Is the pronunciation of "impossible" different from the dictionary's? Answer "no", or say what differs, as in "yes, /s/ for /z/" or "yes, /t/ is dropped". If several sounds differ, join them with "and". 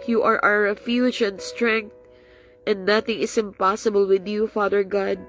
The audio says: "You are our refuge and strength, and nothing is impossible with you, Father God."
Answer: no